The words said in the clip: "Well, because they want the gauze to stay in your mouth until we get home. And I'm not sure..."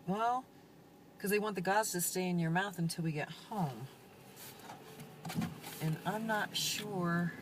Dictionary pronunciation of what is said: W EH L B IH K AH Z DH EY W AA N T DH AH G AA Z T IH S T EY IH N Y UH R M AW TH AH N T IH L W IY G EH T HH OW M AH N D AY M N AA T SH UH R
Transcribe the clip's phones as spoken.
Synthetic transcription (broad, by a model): W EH L K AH Z DH EY W AA N DH AH G AA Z T IH S T EY IH N Y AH R M AW TH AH N T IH L W IY G EH T HH OW M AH N AY M N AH T SH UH R